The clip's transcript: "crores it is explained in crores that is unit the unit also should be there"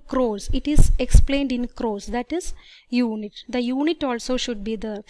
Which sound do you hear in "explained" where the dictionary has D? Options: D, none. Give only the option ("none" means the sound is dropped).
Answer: D